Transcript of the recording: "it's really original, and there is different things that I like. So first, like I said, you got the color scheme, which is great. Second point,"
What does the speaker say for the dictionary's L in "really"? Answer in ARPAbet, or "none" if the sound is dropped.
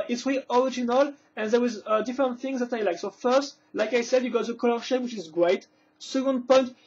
none